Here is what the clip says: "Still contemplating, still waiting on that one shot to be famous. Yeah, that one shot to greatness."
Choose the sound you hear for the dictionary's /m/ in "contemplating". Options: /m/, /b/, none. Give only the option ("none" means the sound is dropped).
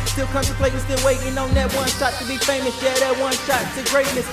none